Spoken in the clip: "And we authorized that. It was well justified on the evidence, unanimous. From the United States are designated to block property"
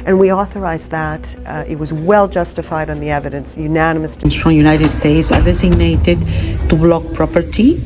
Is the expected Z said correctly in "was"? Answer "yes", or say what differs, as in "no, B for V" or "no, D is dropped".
yes